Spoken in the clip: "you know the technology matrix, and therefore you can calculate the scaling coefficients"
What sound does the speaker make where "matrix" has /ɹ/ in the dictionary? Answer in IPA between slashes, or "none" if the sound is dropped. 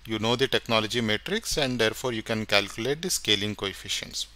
/ɹ/